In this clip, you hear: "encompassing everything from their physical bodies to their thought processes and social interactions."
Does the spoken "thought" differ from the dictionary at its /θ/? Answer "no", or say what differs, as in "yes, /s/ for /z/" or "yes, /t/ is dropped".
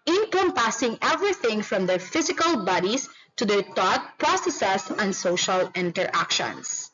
yes, /t/ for /θ/